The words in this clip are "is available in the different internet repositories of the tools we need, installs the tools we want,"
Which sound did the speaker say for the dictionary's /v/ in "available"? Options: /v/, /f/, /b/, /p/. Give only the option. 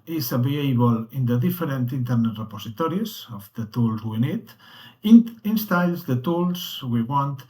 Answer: /b/